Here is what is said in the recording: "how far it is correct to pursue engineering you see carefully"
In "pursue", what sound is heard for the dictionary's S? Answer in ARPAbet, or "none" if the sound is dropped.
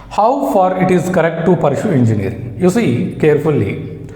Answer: SH